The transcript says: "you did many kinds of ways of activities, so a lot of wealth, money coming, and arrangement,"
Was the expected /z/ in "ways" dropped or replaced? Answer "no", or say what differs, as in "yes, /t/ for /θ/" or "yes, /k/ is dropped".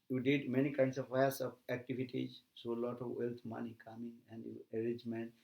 yes, /s/ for /z/